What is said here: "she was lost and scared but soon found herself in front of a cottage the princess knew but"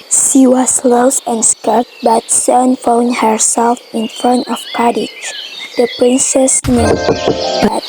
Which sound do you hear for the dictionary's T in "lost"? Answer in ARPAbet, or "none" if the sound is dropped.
none